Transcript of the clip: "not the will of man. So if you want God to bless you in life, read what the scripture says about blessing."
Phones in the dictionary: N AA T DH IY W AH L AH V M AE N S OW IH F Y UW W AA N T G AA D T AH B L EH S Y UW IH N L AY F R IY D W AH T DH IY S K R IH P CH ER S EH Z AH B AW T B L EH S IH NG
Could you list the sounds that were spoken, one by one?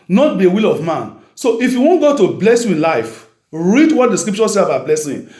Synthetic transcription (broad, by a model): N AA T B IY W AH L AH V M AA N S OW IH F Y UW W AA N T G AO T AH B L EH S Y UW IH N L AY F R IY D W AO T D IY S K R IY P CH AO S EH AH B AW T B L EH S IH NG